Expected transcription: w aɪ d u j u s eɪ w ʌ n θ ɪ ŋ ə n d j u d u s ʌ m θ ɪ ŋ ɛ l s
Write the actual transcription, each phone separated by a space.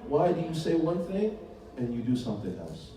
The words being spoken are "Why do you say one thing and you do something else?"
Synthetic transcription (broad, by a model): w aɪ d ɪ j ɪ s eɪ w ʌ n θ ɪ ŋ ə n j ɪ d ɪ s ʌ m θ ɪ ŋ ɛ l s